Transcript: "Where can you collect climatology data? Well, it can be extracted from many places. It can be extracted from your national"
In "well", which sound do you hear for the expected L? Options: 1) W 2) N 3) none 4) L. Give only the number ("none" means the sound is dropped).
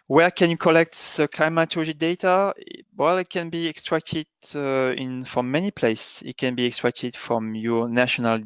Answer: 4